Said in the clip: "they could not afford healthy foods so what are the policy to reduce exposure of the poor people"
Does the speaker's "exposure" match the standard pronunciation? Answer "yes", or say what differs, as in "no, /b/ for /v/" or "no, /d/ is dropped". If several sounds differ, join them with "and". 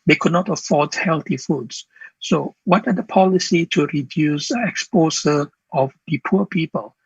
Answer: no, /s/ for /ʒ/